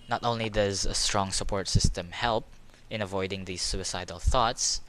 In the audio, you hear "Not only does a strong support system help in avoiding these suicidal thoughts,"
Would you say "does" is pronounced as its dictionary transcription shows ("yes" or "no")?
yes